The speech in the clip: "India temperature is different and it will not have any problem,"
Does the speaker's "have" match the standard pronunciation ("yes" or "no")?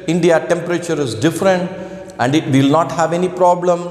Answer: yes